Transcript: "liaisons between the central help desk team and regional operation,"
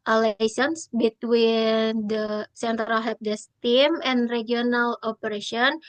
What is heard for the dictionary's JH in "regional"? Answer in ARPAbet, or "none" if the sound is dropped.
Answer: none